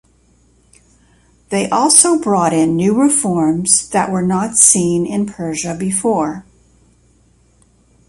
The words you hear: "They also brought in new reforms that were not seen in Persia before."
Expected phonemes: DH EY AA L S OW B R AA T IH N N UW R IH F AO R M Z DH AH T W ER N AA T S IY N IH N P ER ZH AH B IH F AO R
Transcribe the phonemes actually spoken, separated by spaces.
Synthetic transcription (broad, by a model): DH EY AA L S OW B R AA T IH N N UW R IH F AO R M Z DH AH T W ER N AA T S IY N IH N P ER ZH AH B IH F AO R